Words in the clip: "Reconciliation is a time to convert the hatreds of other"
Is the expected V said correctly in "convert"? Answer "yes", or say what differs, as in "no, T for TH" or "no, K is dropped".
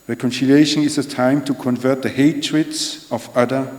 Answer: yes